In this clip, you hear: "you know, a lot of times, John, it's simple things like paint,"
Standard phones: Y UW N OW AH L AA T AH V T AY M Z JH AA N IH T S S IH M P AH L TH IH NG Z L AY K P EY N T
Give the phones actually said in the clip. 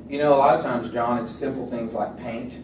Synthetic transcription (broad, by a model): Y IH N OW AH L AA T AH V T AY M Z JH AA N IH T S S IH M P L TH IH NG Z L AY K P EY N T